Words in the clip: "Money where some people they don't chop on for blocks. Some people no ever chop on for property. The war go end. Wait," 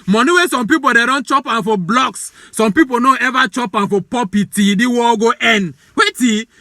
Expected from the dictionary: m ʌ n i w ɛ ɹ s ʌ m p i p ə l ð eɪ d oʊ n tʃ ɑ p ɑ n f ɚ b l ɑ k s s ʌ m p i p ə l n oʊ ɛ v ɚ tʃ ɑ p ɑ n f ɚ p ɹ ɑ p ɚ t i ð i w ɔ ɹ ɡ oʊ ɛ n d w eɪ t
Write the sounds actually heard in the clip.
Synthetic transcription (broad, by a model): m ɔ n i w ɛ s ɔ m p i p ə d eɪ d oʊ n tʃ ɑ p ɑ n f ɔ b l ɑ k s s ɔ m p i p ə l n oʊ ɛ v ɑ tʃ ɑ p ɑ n f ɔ p ɑ p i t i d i w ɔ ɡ oʊ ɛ n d w eɪ t